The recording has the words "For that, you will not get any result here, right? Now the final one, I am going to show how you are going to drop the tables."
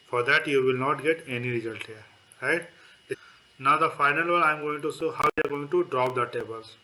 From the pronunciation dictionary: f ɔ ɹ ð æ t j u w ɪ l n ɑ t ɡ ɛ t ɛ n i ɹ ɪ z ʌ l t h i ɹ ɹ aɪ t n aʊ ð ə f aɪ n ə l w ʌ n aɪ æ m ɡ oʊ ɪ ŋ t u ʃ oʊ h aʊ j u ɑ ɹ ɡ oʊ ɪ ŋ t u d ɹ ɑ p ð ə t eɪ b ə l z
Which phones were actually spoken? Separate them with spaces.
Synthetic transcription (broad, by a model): f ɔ ɹ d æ t j u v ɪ l n ɑ t ɡ ɛ t ɛ n i ɹ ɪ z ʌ l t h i ɹ ɹ aɪ t n aʊ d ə f aɪ n ə l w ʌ l aɪ m ɡ oʊ ɪ ŋ t u s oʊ h aʊ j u ɑ ɹ ɡ oʊ ɪ ŋ t u d ɹ ɑ p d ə t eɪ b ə l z